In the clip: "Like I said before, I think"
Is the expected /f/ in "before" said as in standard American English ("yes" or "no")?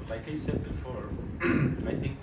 yes